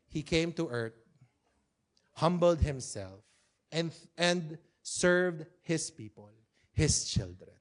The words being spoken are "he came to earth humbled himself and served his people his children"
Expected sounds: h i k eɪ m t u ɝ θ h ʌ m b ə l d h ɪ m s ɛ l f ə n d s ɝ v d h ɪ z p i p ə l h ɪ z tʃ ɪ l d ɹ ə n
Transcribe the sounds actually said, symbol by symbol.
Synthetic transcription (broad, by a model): h i k eɪ m t u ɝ t h ʌ m b ə l d h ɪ m s ɛ l f ə n d s ɝ v d h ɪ s p i p ə l h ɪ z tʃ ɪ l d ɹ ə n